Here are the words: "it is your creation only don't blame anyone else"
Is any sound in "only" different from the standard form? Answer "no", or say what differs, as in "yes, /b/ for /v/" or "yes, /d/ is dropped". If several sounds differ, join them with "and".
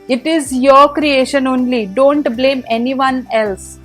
no